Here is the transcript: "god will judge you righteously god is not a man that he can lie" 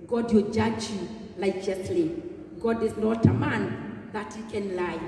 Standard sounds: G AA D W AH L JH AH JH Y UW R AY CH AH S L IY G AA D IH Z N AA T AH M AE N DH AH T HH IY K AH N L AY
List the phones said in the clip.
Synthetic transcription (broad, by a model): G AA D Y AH JH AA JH Y UW L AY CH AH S L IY G AA D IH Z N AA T AH M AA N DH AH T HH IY K AH N L AY